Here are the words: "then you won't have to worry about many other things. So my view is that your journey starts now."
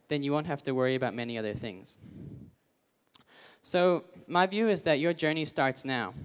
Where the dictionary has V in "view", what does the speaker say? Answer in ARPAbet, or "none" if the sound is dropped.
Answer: V